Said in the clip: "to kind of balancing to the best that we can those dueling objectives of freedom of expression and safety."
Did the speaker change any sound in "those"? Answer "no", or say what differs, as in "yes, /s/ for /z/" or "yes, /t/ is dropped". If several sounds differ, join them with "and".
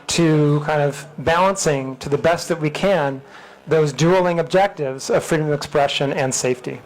no